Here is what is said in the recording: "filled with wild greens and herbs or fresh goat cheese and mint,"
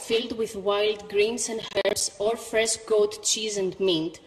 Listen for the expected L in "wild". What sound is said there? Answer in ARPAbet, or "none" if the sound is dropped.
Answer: L